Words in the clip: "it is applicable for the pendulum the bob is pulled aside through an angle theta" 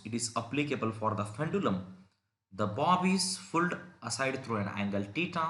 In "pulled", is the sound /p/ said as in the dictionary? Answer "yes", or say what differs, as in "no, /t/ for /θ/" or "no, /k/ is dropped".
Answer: no, /f/ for /p/